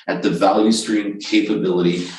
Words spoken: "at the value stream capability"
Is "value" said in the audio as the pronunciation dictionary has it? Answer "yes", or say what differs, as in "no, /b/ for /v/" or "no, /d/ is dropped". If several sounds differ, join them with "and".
yes